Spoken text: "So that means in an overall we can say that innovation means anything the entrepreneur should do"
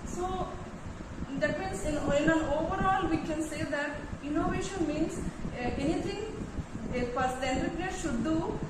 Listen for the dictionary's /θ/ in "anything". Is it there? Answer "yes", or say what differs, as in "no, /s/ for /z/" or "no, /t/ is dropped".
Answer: no, /t/ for /θ/